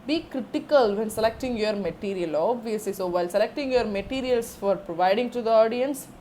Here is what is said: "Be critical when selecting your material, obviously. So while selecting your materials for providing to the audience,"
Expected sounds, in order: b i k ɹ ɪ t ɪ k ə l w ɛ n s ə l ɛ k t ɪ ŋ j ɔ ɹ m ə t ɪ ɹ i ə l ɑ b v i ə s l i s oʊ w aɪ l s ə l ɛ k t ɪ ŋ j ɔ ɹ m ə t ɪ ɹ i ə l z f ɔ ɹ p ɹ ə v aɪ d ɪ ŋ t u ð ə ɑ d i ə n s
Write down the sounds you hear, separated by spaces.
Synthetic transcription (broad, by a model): b i k ɹ ɪ t ɪ k ə l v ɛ n s ə l ɛ k t ɪ ŋ j ɔ ɹ m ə t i ɹ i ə l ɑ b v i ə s i s oʊ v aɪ l s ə l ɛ k t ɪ ŋ j ɔ ɹ m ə t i ɹ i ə l s f ɔ ɹ p ɹ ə v aɪ d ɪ ŋ t u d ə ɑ d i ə n s